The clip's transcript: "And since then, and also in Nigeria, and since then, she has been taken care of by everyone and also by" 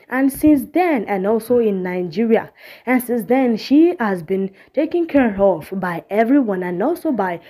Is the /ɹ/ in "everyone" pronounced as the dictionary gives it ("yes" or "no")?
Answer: yes